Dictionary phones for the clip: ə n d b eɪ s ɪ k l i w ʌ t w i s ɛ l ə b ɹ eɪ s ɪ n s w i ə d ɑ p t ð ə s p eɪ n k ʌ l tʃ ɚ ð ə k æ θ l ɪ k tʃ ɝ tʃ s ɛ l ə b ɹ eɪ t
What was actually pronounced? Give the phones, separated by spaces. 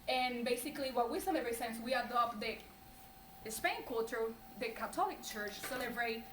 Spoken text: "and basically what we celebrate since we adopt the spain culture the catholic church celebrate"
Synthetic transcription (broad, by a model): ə n b eɪ s ɪ k l i w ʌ w i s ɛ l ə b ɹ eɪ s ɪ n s w i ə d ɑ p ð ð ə s p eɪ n k ʌ l tʃ ɚ ð ə k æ t l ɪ k tʃ ɝ tʃ s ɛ l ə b ɹ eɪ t